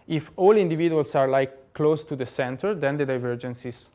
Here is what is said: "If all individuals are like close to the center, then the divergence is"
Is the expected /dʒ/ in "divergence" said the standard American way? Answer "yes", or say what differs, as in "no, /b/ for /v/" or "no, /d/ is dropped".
yes